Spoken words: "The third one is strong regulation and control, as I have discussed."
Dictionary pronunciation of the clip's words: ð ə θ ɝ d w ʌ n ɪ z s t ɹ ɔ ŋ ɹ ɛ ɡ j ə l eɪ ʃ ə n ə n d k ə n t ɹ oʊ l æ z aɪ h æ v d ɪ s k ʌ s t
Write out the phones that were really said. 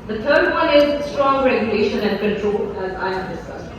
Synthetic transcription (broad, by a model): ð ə t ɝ d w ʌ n ɪ z s t ɹ ɔ ŋ ɹ ɛ ɡ j ə l eɪ ʃ ə n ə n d k ə n t ɹ oʊ l æ z aɪ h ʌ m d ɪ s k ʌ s